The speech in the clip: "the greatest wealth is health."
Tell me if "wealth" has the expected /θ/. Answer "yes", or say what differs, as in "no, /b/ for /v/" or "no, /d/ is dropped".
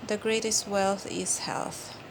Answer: yes